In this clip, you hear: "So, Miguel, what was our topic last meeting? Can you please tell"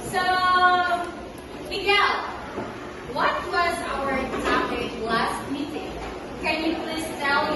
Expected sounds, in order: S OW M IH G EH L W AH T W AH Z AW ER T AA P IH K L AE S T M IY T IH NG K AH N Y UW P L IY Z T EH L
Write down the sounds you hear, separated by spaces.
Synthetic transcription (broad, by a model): S OW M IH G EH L W AH T W AH Z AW ER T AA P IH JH L AE S T M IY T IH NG K AH N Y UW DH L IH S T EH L